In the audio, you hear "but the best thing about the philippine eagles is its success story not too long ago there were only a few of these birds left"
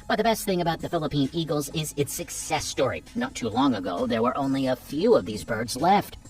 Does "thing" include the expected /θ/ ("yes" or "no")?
yes